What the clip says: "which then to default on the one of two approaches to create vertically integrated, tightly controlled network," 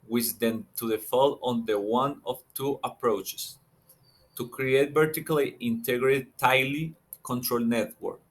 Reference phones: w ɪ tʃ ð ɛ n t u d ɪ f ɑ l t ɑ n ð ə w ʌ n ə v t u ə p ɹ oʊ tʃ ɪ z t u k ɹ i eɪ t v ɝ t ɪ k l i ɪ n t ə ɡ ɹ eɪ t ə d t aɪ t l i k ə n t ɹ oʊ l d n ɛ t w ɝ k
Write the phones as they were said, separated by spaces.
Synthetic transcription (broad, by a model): w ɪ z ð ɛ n t u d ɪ f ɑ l ɑ n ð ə w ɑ n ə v t u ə p ɹ oʊ tʃ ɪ s t u k ɹ i eɪ t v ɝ t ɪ k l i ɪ n t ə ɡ ɹ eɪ t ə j l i k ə n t ɹ oʊ l n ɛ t w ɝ k